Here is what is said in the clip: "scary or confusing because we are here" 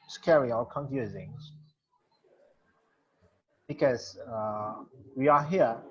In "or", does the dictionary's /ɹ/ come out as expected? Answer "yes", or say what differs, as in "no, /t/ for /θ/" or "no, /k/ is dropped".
no, /l/ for /ɹ/